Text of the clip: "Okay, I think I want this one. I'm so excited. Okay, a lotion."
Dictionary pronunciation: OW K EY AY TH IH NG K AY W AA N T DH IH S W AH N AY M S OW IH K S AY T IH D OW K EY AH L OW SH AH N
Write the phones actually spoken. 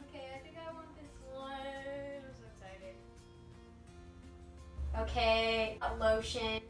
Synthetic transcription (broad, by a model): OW K EY AY TH IH NG K AY W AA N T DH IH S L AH AY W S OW IH K S AY T IH D OW K EY AH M OW SH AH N